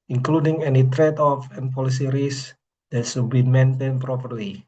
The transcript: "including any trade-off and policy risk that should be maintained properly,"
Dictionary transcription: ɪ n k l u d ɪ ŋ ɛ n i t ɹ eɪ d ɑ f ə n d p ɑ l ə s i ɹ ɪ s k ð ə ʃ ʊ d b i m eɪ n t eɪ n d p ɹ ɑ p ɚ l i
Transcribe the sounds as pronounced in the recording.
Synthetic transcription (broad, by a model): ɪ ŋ k l u d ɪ ŋ ɛ n i t ɹ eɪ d ɑ f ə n p ɑ l ə s i ɹ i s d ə s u b i m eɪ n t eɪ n p ɹ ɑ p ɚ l i